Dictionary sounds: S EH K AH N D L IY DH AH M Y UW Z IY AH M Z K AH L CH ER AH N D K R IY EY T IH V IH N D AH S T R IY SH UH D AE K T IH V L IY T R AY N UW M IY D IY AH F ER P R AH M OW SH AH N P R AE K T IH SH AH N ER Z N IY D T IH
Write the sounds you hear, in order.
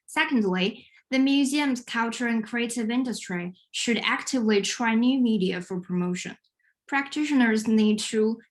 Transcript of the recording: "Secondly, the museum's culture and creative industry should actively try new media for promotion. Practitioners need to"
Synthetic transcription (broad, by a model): S EH K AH N D L IY DH AH M Y UW Z IY AH M Z K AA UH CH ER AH N K R IY EY T IH V IH N D AH S T R IY SH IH D AE K T IH V L IY T R AY N UW M IY D IY AH F ER P R AH M OW SH AH N P R AE K T IH SH AH N ER Z N IY D T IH